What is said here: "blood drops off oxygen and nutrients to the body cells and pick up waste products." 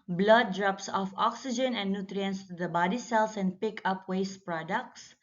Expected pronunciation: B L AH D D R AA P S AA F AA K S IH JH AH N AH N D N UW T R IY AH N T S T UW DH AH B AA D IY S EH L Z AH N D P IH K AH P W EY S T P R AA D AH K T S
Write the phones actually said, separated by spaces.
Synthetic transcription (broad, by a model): B L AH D D R AA P S AA F AA K S IH JH AH N AH N D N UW T R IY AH N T S T UW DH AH B AA D IY S EH L S AH N D P IH K AH P W EY S T P R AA D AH K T S